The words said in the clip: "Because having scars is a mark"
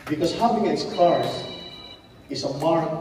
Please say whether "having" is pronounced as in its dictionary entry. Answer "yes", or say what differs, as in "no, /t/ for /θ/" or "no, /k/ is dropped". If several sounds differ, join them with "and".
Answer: no, /p/ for /v/